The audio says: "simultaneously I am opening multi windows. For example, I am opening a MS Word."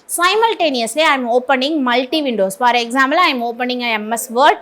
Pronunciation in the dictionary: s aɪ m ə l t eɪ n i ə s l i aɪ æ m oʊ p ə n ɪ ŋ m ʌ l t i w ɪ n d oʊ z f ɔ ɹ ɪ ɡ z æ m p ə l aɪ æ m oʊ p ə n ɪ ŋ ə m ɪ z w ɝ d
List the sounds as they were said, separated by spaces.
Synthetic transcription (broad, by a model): s aɪ m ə l t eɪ n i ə s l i aɪ m oʊ p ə n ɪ ŋ m ʌ l t i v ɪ n d oʊ s f ɔ ɹ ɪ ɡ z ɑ m b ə l aɪ m oʊ p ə n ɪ ŋ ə m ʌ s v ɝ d